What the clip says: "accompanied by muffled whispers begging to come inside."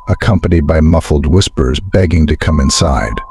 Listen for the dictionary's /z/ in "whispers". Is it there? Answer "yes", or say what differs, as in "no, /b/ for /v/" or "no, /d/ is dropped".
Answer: yes